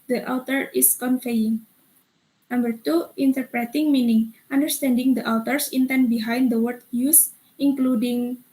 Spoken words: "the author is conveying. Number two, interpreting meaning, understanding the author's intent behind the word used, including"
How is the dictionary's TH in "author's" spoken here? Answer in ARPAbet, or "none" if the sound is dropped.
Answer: T